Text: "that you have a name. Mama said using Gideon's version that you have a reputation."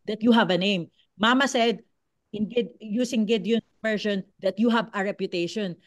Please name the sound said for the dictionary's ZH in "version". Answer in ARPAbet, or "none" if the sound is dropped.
SH